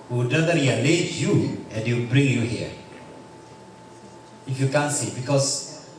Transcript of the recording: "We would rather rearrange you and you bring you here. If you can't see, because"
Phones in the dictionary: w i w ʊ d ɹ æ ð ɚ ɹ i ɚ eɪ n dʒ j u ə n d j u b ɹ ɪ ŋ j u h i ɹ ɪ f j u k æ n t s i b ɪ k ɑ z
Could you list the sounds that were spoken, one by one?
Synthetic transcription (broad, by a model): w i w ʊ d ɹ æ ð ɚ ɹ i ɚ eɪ dʒ j u ə n d j u b ɹ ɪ ŋ j u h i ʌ ɪ f j u k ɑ n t s i b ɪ k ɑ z